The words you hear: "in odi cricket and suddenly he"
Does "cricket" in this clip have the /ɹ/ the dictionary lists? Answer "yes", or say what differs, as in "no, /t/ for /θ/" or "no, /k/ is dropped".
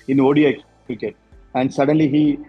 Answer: no, /ɹ/ is dropped